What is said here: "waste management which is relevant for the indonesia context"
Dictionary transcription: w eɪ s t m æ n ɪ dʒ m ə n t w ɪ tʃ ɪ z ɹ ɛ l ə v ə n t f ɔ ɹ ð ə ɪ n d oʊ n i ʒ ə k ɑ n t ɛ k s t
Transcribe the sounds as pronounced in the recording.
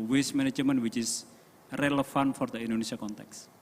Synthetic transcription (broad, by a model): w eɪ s m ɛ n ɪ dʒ m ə n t w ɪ tʃ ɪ s ɹ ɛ l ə f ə n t f ɔ ɹ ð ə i n d oʊ n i s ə k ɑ n t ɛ k s